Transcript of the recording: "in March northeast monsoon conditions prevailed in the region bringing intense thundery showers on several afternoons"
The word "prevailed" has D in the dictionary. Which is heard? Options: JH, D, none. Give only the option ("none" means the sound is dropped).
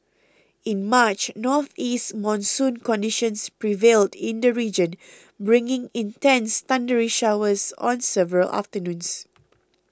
D